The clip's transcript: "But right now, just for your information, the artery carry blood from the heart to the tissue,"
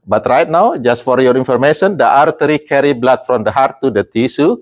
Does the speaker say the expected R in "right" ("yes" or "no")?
yes